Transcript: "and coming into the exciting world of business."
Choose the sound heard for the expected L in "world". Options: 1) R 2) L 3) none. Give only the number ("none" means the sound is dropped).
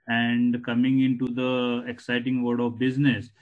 3